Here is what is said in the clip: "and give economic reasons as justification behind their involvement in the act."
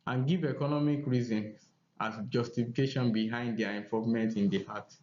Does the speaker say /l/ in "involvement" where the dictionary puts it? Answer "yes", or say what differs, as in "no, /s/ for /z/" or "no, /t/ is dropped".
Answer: no, /l/ is dropped